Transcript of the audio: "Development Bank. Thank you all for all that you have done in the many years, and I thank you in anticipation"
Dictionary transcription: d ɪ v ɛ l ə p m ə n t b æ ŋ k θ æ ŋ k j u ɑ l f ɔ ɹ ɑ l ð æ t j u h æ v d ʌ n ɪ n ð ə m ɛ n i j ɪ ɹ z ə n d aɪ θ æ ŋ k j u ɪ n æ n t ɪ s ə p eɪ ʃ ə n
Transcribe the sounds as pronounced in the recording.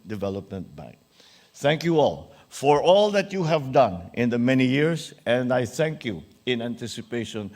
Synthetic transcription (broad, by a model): d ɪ v ɛ l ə p m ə n t b æ ŋ k θ æ ŋ k j u ɑ l f ɔ ɹ ɑ l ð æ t j u h æ v d ʌ n ɪ n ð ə m ɛ n i j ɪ ɹ s ə n d aɪ θ æ ŋ k j u ɪ n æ n t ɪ s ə p eɪ ʃ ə n